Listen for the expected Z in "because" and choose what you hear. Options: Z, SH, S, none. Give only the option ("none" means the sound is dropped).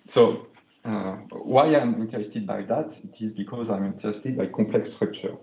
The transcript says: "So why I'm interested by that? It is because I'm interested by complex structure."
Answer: Z